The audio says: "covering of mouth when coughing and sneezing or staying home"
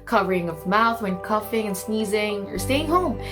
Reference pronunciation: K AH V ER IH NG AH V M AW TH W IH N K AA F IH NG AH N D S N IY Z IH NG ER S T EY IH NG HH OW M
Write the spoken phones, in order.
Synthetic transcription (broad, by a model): K AH V ER IH NG AH V M AW TH W IH N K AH F IH NG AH N S N IY Z IH NG ER S T EY IH NG HH OW M